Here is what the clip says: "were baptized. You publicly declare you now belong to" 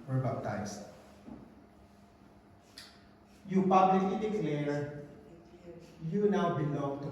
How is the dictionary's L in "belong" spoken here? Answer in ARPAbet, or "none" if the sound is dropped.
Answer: N